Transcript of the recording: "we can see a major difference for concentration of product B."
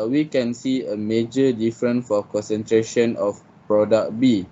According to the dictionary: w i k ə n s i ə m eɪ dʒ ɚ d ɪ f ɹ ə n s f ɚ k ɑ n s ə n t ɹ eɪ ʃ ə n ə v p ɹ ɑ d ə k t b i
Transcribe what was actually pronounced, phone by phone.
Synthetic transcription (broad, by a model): w i k ə n s i ə m eɪ dʒ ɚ d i f ɹ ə n f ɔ k ɑ n s ə n t ɹ eɪ ʃ ə n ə f p ɹ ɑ d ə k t b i